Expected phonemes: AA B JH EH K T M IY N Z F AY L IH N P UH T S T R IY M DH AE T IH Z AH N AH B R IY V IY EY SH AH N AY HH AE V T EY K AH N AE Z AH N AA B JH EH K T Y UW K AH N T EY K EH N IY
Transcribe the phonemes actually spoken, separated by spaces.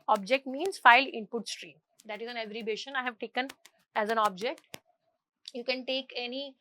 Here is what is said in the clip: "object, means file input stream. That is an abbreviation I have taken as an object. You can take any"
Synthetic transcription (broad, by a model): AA B JH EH K T M IY N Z F AY L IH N P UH T S T R IY M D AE T IH Z AH N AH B R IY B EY SH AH N AY HH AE V T EY K AH N AE Z AH N AA B JH EH K T Y UW K AH N T EY K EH N IY